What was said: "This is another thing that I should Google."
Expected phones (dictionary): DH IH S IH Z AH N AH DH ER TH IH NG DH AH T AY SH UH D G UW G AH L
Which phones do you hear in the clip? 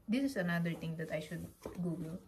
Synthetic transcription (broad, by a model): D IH S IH S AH N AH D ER T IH NG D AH T AY SH UH D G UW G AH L